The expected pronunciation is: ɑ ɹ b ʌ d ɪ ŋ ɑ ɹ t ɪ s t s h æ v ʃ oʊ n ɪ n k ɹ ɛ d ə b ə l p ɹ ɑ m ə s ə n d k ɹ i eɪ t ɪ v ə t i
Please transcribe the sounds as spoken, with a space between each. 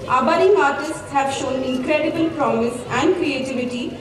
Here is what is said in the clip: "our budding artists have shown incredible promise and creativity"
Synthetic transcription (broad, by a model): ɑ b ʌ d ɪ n ɑ ɹ t ɪ s t s h æ v ʃ oʊ n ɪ k ɹ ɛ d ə b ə l p ɹ ɑ m ə s ə n d k ɹ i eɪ t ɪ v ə t i